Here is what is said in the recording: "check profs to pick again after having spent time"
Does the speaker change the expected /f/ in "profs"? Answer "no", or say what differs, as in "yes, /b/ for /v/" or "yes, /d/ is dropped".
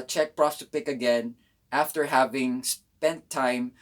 yes, /f/ is dropped